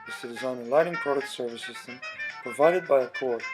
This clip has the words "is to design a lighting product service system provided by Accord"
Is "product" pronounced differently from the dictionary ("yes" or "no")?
yes